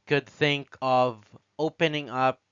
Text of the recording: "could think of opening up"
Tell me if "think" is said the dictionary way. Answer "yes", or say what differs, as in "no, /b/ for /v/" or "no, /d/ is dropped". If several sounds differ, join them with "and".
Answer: yes